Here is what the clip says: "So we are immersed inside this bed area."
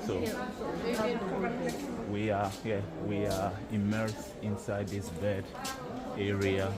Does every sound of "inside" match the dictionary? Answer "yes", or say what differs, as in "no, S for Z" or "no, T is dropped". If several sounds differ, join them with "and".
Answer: yes